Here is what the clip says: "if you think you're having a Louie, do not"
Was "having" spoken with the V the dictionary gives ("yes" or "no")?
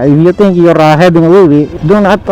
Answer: no